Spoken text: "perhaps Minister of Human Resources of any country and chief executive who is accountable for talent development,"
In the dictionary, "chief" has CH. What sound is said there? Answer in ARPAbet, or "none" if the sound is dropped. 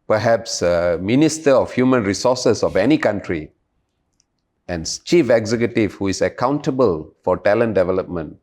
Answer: CH